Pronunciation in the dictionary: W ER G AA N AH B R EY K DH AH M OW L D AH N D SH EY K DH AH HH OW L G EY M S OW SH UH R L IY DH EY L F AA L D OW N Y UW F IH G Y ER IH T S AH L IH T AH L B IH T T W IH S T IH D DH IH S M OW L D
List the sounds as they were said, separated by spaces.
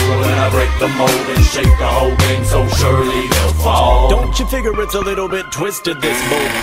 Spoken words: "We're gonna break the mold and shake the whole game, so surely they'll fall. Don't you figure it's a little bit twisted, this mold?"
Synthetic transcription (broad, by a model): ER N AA AH B R EY K DH AH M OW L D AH N SH EY K DH AH HH OW L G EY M S OW SH UH R L IY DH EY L F AA L D OW N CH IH F IH G Y ER IH T S AH L IH T L B IH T T W IH S T IH D DH IH S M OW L